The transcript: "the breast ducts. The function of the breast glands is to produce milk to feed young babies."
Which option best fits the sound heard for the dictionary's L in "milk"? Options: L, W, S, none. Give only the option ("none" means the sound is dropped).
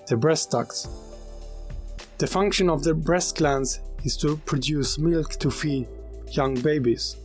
L